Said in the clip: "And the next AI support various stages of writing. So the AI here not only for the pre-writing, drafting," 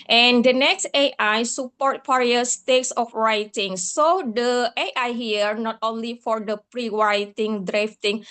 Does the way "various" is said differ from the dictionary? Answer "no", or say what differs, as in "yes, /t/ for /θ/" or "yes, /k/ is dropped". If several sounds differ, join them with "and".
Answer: yes, /f/ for /v/